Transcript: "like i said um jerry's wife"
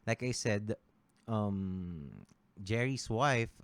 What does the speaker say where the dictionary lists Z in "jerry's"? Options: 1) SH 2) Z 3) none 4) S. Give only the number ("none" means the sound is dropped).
4